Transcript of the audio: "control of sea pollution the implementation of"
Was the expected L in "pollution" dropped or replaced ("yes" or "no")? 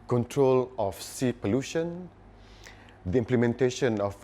no